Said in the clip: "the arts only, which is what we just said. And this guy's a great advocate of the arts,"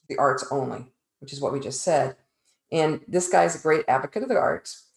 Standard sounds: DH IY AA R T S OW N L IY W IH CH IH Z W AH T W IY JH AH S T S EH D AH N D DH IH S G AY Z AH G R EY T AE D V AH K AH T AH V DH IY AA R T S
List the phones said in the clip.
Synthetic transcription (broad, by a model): DH IY AA R T S OW N L IY W IH CH IH Z W AH T W IY JH AH S T S EH D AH N DH IH S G AY Z AH G R EY T AE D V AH K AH T AH V DH IY AA R T S